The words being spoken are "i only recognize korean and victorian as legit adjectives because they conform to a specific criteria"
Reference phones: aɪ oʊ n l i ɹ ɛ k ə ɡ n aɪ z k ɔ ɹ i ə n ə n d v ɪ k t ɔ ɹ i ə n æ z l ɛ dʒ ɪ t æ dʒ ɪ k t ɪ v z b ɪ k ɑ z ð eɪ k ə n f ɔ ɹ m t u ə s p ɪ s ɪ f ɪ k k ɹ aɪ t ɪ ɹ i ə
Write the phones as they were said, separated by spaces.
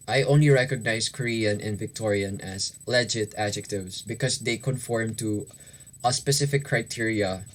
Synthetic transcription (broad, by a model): aɪ oʊ n l i ɹ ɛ k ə ɡ n aɪ s k ɔ ɹ i ə n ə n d v ɪ k t ɔ ɹ i ə n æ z l ɛ dʒ ɪ t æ dʒ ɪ k t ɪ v s b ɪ k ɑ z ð eɪ k ə n f ɔ ɹ m t u ə s p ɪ s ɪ f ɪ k k ɹ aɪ t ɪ ɹ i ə